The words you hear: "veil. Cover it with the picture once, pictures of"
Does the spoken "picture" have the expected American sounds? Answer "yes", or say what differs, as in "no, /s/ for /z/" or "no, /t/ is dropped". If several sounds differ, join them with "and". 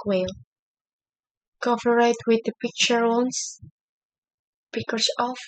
yes